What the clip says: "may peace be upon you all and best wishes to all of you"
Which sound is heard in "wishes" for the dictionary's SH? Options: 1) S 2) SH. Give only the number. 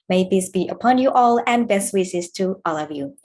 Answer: 1